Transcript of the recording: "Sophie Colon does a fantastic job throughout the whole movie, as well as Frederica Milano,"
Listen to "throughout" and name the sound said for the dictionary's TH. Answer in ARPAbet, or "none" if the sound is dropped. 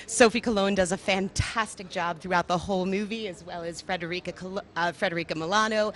TH